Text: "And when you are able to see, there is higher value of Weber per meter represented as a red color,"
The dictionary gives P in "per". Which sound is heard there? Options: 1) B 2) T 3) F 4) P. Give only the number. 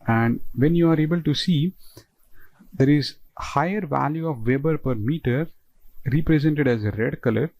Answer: 4